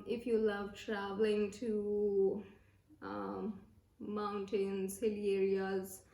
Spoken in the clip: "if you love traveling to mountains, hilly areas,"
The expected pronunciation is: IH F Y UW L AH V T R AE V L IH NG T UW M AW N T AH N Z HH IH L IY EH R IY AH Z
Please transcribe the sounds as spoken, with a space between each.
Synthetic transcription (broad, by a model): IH F Y UW L AH V T R AE V L IH NG T UW M AW N T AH N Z HH IH L IY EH R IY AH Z